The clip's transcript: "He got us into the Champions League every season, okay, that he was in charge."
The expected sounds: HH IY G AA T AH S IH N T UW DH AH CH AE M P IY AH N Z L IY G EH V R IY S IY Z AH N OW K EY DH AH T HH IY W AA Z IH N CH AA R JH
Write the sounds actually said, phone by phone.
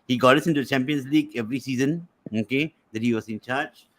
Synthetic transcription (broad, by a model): HH IY G AA T AH S IH N T UW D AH CH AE M P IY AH N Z L IY G EH V R IY S IY Z AH N OW K EY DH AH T HH IY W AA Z IH N CH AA R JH